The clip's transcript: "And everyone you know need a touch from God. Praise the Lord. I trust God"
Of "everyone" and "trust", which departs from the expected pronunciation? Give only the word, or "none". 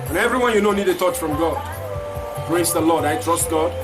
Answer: none